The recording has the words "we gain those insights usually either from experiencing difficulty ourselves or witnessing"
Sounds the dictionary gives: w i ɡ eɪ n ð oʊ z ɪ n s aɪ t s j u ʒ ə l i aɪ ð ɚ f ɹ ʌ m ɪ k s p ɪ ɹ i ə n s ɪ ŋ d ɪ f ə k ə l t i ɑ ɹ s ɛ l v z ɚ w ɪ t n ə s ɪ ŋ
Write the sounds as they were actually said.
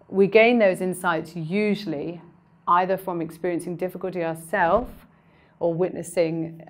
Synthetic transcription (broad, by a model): w i ɡ eɪ n ð oʊ z ɪ n s aɪ t s j u ʒ ə l i aɪ ð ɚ f ɹ ʌ m ɪ k s p ɪ ɹ i ə n s ɪ ŋ d ɪ f ə k ə l t i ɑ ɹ s ɛ l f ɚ w ɪ t n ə s ɪ ŋ